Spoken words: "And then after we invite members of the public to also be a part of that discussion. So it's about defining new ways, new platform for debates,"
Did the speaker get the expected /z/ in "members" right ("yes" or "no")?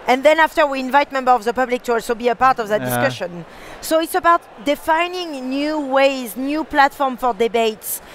no